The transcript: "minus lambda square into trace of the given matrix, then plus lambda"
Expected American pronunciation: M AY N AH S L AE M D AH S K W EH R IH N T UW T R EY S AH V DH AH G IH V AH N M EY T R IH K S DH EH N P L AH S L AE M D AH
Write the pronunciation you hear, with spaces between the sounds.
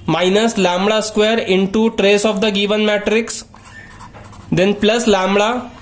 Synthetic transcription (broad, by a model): M AY N AH S L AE M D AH S K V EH R IH N T UW T R EY S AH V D AH G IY V AH N M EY T R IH K S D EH N P L AH S L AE M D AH